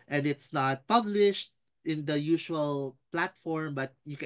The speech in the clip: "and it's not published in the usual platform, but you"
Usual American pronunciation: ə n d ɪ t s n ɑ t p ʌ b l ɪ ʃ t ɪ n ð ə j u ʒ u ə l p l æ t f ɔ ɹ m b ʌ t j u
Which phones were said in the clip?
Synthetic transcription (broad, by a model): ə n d ɪ t s n ɑ t p ʌ b l ɪ ʃ t ɪ n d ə j u ʃ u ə l p l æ t f ɔ ɹ m b ʌ t j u